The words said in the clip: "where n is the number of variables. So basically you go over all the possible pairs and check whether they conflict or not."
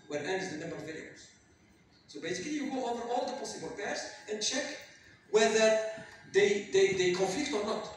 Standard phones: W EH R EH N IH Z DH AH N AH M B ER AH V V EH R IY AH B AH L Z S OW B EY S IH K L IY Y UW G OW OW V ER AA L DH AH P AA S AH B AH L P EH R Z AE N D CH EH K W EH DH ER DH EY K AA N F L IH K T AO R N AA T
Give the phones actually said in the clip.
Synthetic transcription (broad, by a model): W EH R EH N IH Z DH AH N AH M B ER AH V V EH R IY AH AH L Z S OW B EY S IH K L IY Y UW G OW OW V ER AA L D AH P AA S AH B AH L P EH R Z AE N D CH EH K W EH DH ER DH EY K AA N F L IH K T AO R N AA T